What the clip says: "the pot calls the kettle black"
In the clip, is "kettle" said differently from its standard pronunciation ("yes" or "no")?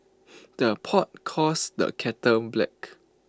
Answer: yes